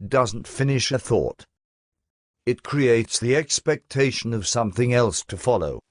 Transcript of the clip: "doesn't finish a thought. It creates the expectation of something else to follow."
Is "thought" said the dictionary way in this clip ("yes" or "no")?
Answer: yes